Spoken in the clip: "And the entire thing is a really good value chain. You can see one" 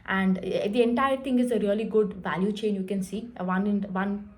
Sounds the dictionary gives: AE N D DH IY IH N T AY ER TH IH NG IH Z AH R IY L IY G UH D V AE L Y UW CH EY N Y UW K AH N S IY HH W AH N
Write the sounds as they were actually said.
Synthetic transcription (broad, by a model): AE N D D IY IH N T AY ER T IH NG IH Z AH R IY L IY G UH D V AE L Y UW CH EY N Y UW K AH N S IY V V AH N